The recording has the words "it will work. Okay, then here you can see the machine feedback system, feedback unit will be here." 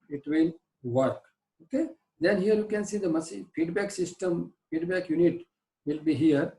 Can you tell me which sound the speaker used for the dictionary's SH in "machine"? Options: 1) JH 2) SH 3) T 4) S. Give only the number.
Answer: 4